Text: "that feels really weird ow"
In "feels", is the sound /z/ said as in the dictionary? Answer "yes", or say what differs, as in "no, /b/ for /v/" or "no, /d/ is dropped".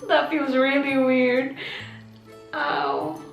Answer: yes